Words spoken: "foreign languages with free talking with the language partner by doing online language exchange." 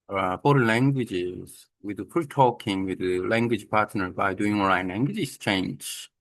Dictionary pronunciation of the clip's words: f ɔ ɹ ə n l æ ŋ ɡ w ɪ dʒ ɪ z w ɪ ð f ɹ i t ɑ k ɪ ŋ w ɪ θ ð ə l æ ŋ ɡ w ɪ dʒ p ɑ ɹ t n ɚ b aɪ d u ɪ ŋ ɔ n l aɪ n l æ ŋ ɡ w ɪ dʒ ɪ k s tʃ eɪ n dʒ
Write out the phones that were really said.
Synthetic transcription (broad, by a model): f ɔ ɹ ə l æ ŋ ɡ w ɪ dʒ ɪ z w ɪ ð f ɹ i t ɑ k ɪ ŋ w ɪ ð ə l æ ŋ ɡ w ɪ dʒ p ɑ ɹ t n ɚ b aɪ d u ɪ ŋ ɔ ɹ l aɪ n l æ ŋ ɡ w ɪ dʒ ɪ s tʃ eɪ n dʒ